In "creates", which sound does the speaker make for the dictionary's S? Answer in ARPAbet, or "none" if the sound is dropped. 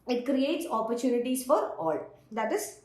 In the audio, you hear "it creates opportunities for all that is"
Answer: S